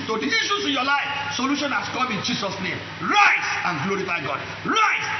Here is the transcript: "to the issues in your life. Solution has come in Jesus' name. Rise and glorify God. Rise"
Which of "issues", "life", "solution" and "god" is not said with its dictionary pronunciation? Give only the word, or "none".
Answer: issues